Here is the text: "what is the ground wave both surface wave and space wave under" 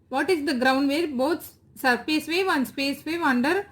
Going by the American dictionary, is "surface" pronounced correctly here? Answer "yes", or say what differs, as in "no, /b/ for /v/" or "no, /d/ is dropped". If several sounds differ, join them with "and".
no, /p/ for /f/